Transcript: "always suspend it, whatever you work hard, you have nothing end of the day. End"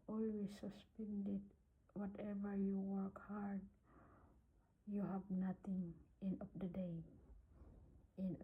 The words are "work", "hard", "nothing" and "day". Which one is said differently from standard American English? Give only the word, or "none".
nothing